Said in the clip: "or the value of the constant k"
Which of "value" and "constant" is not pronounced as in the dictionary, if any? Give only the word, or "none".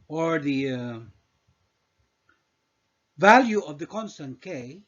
none